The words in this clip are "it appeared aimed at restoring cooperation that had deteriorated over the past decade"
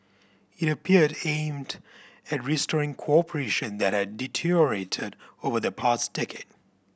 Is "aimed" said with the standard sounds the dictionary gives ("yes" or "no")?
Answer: yes